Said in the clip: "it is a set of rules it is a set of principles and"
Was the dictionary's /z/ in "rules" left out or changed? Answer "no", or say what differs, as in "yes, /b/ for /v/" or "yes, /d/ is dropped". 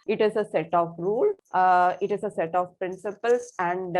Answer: yes, /z/ is dropped